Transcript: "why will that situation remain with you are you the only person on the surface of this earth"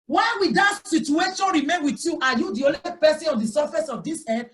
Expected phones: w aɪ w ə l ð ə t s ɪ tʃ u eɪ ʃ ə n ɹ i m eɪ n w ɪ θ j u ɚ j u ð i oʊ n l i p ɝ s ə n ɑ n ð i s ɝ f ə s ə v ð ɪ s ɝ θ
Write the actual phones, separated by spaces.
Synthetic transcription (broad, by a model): w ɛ w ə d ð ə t s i tʃ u eɪ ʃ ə n ɹ i m eɪ n w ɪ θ j u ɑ j u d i oʊ l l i p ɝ s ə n ɑ n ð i s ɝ f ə s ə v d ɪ s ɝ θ